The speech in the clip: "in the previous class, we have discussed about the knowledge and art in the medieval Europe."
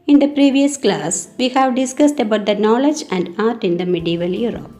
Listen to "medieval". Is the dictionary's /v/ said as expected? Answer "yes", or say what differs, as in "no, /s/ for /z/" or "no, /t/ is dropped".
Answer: yes